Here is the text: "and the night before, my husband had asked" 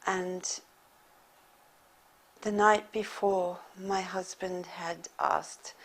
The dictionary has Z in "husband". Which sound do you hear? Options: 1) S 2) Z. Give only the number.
2